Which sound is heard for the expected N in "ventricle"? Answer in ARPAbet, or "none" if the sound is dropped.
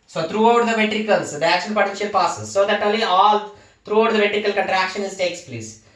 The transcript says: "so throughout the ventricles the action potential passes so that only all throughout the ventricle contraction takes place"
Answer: none